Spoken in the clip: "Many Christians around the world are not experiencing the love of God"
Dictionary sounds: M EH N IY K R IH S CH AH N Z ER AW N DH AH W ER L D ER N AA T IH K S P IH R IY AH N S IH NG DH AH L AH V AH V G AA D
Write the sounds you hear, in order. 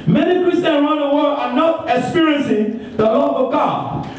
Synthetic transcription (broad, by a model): M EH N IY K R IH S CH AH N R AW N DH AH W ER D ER N AA T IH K S P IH R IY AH N S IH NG DH AH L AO P AH V G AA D